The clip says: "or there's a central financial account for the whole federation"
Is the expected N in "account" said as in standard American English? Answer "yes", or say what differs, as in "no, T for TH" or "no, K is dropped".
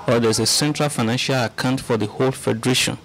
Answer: yes